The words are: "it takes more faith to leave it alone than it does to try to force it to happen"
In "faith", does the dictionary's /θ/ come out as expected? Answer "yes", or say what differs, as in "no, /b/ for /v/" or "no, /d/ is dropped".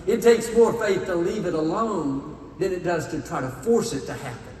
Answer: yes